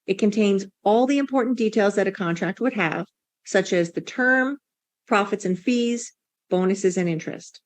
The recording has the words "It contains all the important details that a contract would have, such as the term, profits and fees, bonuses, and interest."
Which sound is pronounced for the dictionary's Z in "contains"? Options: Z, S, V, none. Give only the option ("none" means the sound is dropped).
Z